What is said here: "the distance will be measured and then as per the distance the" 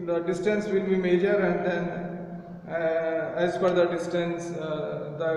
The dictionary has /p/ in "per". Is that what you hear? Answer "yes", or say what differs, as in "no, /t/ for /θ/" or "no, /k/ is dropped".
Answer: no, /f/ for /p/